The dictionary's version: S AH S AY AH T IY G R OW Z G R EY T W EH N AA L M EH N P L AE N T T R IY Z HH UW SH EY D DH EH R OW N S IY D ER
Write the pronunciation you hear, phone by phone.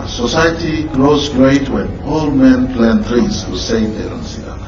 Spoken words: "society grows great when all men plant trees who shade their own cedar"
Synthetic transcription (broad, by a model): S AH S AY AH T IY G R OW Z G R EY T W EH N AA L M EH N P L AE N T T R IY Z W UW S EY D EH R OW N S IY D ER